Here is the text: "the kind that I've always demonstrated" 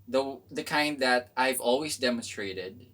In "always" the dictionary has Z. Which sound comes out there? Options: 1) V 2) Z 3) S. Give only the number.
2